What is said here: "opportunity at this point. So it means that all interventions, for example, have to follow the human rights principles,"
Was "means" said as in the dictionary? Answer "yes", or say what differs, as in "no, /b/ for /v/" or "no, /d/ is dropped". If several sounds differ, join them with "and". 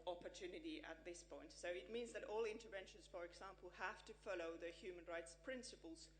yes